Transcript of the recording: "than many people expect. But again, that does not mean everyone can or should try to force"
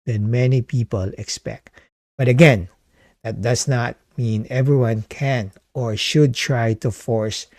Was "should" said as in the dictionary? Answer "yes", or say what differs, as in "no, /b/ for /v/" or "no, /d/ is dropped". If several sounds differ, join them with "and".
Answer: yes